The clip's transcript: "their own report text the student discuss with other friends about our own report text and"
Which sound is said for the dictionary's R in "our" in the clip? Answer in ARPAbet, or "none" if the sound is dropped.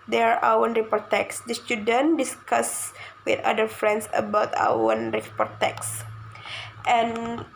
W